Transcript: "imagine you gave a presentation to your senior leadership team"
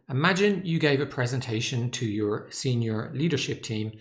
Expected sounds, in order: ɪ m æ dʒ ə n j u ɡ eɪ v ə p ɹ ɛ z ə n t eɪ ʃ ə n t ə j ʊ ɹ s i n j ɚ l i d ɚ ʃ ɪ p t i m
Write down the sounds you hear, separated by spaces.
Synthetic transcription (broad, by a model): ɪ m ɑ dʒ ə n j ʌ ɡ eɪ v ə p ɹ ɛ z ə n t eɪ ʃ ə n t ə j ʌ ɹ s i n j ɚ l i d ɚ ʃ ɪ p t i m